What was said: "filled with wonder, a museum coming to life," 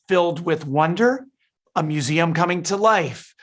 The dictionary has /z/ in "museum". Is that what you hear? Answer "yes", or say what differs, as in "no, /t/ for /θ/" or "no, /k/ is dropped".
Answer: yes